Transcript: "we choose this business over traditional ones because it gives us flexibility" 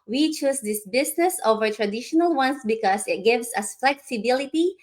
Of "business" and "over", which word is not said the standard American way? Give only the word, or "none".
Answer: business